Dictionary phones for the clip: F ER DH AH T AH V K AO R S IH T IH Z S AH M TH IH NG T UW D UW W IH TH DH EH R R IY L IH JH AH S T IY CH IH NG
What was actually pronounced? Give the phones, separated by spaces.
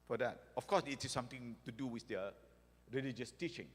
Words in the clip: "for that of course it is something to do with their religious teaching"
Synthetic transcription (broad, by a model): F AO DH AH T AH F K AO S IH T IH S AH M T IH NG T UW D UW W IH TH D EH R R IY L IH JH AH S T IY CH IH NG